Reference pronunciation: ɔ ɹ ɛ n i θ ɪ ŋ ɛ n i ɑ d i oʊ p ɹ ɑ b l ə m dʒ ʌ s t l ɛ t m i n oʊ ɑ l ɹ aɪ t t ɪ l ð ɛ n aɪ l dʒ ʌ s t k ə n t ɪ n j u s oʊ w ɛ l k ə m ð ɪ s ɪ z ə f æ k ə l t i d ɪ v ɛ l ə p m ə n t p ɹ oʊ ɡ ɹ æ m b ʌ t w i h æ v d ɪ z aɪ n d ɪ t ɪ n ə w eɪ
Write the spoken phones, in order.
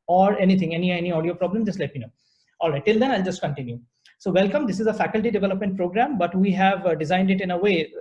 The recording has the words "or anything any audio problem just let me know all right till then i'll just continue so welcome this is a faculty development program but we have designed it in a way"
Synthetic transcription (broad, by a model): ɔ ɹ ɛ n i t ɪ ŋ ɛ n i ɑ d i oʊ p ɹ ɑ b l ə m dʒ ʌ s t l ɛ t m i n oʊ ɑ l ɹ aɪ t t ɪ l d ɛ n aɪ l dʒ ʌ s t k ə n t ɪ n j u s oʊ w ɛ l k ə m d ɪ s ɪ z ə f æ k ə l t i d ɪ v ɛ l ə p m ə n t p ɹ oʊ ɡ ɹ æ m b ʌ t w i h æ v d ɪ z aɪ n d ɪ t ɪ n ə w eɪ